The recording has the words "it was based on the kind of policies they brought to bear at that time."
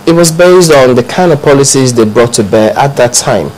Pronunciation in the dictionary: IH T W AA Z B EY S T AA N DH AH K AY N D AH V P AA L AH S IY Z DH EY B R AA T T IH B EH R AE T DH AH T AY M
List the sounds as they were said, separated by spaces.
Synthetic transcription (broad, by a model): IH T W AA Z B EY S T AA N DH AH K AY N AH P AA L AH S IY Z DH EY B R AA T T IH B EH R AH T DH AH T AY M